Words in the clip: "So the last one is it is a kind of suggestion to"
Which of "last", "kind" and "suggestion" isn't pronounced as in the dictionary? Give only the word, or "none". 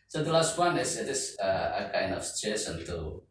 suggestion